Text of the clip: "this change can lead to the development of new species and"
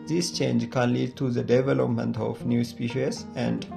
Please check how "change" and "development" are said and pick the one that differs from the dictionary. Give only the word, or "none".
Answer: none